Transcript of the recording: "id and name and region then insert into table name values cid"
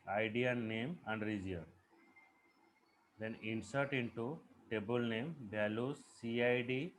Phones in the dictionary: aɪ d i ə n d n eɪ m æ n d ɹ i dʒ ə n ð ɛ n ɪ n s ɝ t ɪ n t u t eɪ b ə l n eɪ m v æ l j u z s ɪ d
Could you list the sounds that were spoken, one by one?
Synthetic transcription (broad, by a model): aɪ d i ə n n eɪ m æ n d ɹ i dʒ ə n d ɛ n ɪ n s ɝ t ɪ n t u t eɪ b ə l n eɪ m b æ l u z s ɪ d